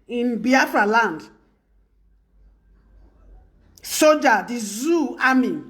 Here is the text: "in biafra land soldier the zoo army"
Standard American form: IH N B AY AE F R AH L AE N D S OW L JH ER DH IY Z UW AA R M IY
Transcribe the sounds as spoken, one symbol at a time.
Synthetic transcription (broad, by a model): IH N B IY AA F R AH L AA N D S OW JH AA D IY Z UW AA M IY